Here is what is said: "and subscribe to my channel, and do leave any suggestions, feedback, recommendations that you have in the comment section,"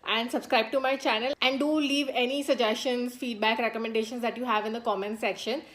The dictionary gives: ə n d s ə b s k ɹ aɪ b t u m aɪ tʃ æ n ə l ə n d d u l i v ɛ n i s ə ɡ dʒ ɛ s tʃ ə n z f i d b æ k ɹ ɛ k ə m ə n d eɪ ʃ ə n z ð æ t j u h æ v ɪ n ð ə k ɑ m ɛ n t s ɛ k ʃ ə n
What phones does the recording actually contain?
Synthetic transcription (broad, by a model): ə n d s ə b s k ɹ aɪ b t u m aɪ tʃ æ n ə l ə n d d u l i v ɛ n i s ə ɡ dʒ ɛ s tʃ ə n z f i d b æ k ɹ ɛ k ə m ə n d eɪ ʃ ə n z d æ t j u h æ v ɪ n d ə k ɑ m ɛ n s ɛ k ʃ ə n